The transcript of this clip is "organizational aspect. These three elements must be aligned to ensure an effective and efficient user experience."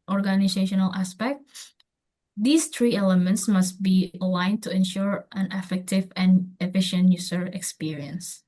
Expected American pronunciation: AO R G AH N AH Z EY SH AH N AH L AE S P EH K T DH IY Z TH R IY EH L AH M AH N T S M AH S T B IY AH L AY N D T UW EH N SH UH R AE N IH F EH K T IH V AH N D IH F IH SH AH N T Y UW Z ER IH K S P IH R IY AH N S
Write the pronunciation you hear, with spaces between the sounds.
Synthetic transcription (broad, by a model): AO R G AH N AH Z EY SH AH N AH L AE S P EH K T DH IY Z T R IY EH L AH M AH N T S M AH S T B IY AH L AY N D T UW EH N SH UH R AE N IH F EH K T IH V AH N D IH F IH SH AH N T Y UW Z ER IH K S P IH R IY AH N S